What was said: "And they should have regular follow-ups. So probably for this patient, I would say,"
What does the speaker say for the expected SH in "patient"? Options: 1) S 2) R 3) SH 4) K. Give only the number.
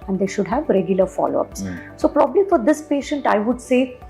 3